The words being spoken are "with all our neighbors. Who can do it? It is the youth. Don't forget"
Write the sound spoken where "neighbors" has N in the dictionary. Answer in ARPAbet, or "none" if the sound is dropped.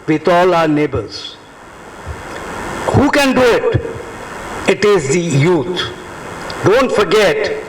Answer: N